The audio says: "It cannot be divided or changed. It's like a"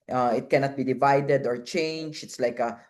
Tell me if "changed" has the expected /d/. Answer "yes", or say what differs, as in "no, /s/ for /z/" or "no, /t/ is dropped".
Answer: no, /d/ is dropped